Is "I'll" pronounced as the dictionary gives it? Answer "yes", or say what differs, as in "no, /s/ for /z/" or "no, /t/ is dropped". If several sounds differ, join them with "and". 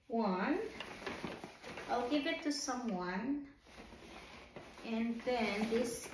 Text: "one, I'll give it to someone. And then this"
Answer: yes